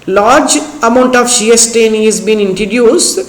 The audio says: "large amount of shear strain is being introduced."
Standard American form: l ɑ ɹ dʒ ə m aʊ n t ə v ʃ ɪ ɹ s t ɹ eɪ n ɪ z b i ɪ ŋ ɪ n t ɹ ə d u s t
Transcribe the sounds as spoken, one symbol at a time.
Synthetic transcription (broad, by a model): l ɑ ɹ dʒ ə m aʊ n t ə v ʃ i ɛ s t eɪ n ɪ z b i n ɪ n t ɹ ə d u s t